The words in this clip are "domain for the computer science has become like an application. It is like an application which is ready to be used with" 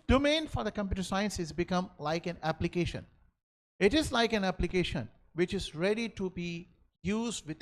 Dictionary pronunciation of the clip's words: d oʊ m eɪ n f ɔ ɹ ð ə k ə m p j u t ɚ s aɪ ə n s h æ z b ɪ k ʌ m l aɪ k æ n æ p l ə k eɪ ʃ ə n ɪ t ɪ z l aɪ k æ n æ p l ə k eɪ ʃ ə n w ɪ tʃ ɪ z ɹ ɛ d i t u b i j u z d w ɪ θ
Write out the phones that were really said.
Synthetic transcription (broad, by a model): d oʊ m eɪ n f ɔ ɹ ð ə k ə m p j u t ɚ s aɪ ə n s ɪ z b ɪ k ʌ m l aɪ k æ n æ p l ə k eɪ ʃ ə n ɪ t ɪ z l aɪ k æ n æ p l ə k eɪ ʃ ə n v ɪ tʃ ɪ z ɹ ɛ d i t u b i j u z d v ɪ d